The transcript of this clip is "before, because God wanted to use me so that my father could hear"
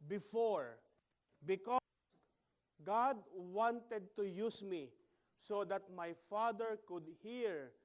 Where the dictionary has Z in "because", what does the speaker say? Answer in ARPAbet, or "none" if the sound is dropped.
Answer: none